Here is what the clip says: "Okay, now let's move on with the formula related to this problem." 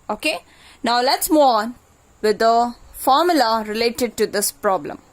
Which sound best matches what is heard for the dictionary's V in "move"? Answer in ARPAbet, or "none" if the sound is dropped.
none